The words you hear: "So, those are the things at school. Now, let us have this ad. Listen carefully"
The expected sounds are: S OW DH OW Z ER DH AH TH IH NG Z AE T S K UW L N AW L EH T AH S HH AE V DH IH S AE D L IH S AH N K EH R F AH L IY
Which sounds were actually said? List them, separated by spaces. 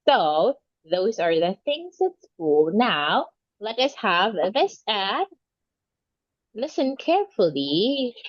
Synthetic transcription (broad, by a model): S OW DH OW Z ER DH AH TH IH NG Z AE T S K UW L N AW L EH T AH S HH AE V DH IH S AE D L IH S AH N K EH R F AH L IY